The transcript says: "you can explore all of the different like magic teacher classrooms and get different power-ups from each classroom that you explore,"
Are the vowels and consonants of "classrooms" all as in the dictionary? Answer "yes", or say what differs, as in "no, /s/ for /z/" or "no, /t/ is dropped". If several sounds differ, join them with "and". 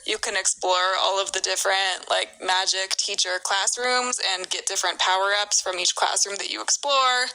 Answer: yes